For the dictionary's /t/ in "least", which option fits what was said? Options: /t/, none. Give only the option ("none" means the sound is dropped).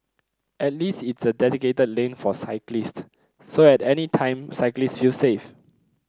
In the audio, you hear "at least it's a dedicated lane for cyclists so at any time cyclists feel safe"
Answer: /t/